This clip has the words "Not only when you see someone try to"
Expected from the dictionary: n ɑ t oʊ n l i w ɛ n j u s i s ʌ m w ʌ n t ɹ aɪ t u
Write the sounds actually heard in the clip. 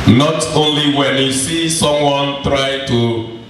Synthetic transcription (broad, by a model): n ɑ t oʊ n l i w ɛ n j u s i s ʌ m w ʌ n t ɹ aɪ t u